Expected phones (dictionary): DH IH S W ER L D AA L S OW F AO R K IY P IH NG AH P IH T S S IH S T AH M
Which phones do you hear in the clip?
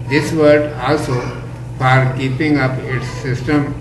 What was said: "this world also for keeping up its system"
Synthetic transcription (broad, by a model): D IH S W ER D AA L S OW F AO R K IY P IH NG AH P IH T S S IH S T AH M